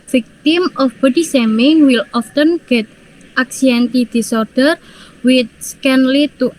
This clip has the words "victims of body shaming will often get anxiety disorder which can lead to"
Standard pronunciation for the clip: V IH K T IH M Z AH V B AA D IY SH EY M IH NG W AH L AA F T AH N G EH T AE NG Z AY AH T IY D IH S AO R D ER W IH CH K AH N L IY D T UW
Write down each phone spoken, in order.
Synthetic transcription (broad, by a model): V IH K T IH M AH F B AA D IY S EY M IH NG W AH L AA F T AH N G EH T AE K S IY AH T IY D IH S AO R D ER W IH S K AH N L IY T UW